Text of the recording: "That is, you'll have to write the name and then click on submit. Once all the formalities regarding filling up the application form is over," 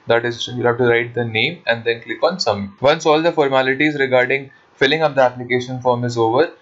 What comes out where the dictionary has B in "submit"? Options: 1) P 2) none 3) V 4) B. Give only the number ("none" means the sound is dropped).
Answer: 2